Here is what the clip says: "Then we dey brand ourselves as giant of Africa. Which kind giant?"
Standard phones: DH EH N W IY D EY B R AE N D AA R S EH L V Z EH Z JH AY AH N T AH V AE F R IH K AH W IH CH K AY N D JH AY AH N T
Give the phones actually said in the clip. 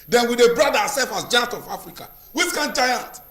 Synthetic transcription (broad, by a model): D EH N W IY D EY B R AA D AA S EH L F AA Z JH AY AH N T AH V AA F R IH K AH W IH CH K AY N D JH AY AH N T